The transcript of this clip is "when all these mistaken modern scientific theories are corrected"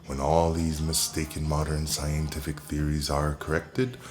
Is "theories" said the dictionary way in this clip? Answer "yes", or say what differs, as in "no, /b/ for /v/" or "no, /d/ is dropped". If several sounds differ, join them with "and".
yes